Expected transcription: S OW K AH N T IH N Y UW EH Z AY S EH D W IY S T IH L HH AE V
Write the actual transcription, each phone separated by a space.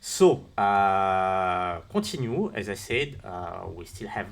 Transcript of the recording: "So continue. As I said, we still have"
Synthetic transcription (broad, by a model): S OW K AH T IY N Y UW EH Z AY S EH D W IY S T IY L HH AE V